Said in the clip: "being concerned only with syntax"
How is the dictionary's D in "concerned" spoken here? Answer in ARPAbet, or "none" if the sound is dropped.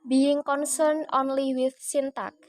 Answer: none